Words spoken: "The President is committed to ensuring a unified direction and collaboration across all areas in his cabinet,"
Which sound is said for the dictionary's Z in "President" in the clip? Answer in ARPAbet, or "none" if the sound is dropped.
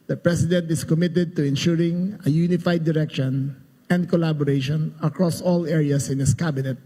S